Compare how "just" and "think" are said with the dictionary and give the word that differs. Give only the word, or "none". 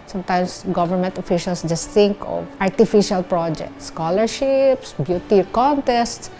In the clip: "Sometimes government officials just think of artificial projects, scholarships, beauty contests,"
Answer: think